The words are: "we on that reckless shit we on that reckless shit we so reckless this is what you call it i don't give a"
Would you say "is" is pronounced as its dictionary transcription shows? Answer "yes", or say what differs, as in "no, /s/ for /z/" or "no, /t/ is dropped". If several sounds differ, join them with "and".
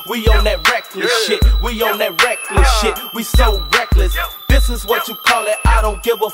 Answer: yes